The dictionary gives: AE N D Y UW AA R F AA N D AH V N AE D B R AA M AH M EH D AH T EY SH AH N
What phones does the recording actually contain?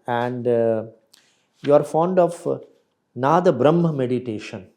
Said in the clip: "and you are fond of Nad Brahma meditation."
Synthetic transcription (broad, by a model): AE N D Y UW AA R F AA N D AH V N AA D B R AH M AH M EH D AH T EY SH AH N